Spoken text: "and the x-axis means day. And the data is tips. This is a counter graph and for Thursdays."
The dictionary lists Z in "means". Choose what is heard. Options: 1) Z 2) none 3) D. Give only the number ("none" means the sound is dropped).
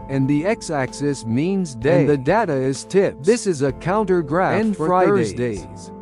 1